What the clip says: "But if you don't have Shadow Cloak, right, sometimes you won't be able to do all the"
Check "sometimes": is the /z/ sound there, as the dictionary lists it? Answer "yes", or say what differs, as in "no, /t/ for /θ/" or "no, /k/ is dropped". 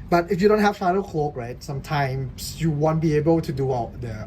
no, /s/ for /z/